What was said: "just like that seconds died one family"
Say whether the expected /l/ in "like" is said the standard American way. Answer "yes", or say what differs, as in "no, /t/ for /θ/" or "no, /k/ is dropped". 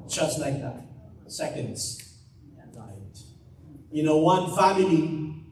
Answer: yes